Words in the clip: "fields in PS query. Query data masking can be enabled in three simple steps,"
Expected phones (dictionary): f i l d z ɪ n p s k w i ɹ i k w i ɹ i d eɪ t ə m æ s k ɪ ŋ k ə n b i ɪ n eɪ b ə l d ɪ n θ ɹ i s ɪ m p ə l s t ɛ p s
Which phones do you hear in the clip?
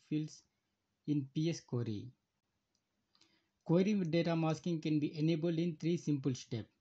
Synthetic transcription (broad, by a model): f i l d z ɪ n p s k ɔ ɹ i k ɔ ɹ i d eɪ t ə m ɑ s k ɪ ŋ k ə n b i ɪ n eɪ b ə l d ɪ n t ɹ i s ɪ m p ə l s t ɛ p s